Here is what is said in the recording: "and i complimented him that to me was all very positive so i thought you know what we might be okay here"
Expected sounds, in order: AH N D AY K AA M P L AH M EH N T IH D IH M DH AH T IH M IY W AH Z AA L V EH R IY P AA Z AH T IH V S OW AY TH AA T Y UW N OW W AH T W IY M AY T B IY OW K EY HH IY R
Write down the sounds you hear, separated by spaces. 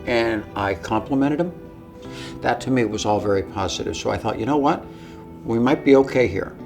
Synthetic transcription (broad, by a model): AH N AY K AA M P L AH M EH T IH D IH M DH AH T IH M IY W AH Z AA L V EH R IY P AA Z AH T IH V S OW AY TH AA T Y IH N OW W AH T W IY M AY T B IY OW K EY HH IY R